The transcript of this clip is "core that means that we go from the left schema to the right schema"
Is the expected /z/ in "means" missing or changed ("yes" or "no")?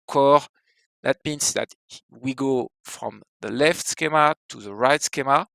yes